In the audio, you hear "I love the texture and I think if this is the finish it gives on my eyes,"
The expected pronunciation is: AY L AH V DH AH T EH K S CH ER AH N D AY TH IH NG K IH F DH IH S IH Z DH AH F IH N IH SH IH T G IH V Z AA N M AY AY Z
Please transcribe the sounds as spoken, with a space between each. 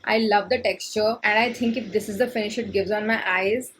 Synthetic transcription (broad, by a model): AY L AH V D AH T EH K S CH ER AH N D AY T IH NG K IH F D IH S IH Z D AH F IH N IH SH IH T G IH V Z AA N M AY AY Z